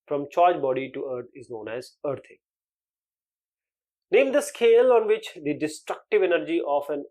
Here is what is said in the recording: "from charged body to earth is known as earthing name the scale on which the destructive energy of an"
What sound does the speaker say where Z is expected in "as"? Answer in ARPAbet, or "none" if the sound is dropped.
Z